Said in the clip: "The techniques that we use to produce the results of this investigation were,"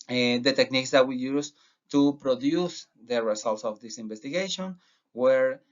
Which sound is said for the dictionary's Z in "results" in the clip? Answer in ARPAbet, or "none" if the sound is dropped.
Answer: S